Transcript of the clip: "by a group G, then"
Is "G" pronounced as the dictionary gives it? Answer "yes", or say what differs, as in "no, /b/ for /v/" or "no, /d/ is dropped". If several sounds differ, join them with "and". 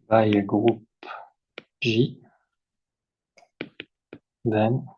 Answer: no, /ʒ/ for /dʒ/